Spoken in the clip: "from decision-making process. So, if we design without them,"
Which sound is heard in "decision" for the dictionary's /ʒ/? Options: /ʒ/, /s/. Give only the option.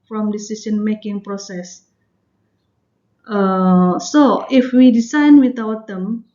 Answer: /s/